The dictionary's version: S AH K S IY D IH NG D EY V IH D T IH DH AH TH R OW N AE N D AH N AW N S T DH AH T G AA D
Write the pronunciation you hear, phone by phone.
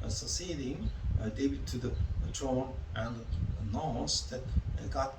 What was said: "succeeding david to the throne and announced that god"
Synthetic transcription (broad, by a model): S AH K S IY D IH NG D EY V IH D T IH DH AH T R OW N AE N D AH N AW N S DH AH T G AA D